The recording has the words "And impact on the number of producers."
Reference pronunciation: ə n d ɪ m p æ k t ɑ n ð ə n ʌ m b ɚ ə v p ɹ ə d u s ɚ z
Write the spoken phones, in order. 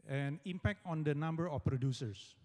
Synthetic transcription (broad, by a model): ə n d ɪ m p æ k t ɑ n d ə n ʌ m b ɚ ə f p ɹ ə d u s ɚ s